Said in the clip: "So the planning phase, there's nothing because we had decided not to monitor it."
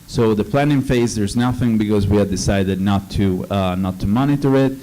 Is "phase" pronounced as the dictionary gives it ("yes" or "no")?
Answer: yes